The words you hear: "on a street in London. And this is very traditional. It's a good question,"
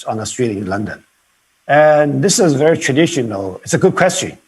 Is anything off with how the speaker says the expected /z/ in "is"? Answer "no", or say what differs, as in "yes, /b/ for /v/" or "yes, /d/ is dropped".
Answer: no